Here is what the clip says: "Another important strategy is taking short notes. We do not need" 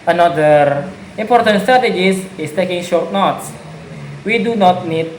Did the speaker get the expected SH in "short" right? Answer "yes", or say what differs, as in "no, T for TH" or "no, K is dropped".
yes